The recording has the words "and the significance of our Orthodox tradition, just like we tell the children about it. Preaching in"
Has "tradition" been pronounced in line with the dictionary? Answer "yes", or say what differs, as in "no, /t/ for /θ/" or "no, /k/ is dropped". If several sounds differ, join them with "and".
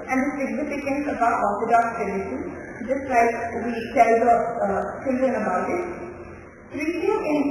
no, /ɹ/ is dropped